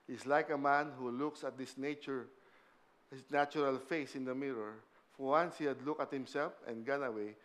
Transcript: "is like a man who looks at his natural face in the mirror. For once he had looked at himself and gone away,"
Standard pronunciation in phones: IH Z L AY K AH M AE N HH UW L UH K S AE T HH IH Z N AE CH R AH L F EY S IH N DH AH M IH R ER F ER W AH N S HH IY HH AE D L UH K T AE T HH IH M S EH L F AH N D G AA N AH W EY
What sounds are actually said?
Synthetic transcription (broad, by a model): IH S L AY K AH M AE N HH UW L UH K S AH T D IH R N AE CH R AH L F EY S IH N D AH M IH R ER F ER W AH N S HH IY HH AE D L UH K AH T HH IH M S EH L F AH N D G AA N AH W EY